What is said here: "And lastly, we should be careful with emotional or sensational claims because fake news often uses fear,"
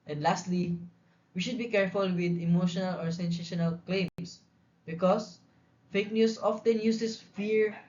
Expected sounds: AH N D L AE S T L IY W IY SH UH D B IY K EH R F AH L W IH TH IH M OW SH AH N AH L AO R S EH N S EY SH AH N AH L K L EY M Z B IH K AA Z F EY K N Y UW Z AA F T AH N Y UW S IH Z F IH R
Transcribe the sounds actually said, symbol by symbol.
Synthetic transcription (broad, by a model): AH N D L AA S T L IY W IY SH UH D B IY K EH R F AH L W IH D IH M OW SH AH N AH L AO R S EH N S EY SH AH N AH L K L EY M S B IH K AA S F EY K N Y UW S AA F T AH N Y UW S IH S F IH R